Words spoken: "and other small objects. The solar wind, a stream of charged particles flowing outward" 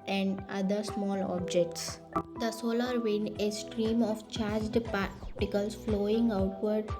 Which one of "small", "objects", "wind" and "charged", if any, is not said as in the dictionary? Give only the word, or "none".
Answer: wind